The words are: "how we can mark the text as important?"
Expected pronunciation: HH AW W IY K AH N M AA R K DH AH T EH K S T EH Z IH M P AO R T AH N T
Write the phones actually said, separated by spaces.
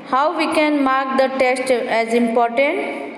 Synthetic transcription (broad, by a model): HH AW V IY K AH N M AA R K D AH T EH S T EH Z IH M P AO R T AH N T